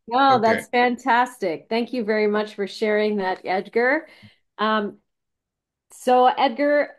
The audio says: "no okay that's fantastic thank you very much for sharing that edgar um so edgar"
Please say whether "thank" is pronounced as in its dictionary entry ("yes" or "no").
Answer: yes